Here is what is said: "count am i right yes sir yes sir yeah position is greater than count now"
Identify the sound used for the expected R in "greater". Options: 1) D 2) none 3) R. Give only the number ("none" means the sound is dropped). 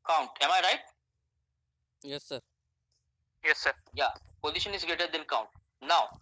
2